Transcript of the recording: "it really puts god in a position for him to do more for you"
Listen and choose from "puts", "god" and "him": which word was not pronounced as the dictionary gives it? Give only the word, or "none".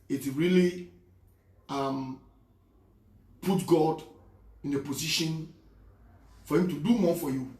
puts